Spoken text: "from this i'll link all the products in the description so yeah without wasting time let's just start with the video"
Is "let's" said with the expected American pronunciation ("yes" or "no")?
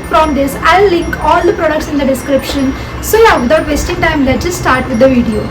no